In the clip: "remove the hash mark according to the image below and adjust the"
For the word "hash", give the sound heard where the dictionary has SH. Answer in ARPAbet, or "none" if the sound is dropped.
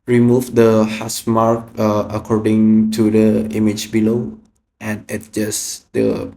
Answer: S